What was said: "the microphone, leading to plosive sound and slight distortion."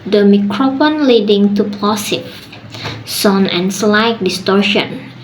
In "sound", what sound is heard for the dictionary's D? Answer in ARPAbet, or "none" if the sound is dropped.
none